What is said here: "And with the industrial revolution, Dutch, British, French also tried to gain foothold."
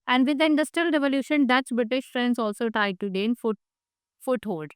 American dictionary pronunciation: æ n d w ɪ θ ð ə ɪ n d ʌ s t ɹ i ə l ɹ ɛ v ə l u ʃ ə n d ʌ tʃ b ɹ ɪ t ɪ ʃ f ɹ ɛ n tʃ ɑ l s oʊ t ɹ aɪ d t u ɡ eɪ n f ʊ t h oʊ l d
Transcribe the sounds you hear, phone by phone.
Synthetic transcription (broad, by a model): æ n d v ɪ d ɪ n d ʌ s t ɹ i ə l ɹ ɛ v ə l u ʃ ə n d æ s b ɹ ɪ t ɪ ʃ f ɹ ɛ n s ɑ l s oʊ t ɹ aɪ d t u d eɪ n f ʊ t h oʊ l d